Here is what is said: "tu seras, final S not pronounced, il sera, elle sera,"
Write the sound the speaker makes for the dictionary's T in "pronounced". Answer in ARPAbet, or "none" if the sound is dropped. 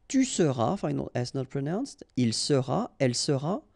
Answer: T